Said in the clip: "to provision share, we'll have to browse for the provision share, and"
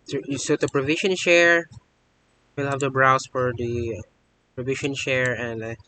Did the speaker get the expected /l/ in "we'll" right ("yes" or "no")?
yes